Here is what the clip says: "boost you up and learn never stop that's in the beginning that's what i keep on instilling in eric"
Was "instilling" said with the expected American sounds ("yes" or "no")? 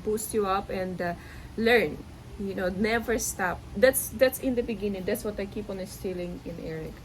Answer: no